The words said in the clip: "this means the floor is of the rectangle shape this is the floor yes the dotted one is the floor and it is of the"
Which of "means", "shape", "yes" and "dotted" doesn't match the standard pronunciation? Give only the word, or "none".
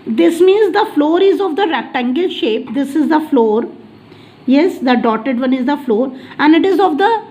none